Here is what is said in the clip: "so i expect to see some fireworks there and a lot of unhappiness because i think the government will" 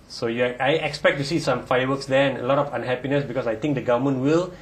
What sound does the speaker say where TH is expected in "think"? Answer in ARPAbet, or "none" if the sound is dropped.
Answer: T